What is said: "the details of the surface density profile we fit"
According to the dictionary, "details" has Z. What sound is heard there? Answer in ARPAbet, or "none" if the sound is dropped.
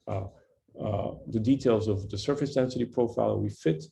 Z